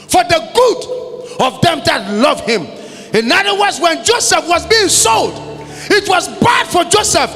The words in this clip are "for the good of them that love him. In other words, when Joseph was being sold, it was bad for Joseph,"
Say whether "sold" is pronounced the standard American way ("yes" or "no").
yes